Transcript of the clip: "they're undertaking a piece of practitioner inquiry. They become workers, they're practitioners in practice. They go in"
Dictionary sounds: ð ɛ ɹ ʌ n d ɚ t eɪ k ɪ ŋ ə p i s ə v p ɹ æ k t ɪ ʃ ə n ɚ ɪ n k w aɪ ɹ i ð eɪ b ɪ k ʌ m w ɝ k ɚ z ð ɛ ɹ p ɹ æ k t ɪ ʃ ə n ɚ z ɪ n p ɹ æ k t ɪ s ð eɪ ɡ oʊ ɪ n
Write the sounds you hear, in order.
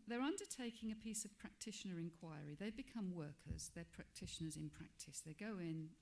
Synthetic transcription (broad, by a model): ð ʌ ɹ ʌ n d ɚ t eɪ k ɪ ŋ ə p i s ə v p ɹ æ k t ɪ ʃ ə n ɚ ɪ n k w aɪ ɹ i ð eɪ b ɪ k ʌ m w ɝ k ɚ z ð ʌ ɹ p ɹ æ k t ɪ ʃ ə n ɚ z ɪ n p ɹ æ k t ɪ s ð eɪ ɡ oʊ ɪ n